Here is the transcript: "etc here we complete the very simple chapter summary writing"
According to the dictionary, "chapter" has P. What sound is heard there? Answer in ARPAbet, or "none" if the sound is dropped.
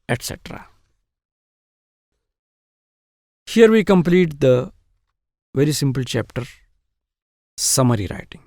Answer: P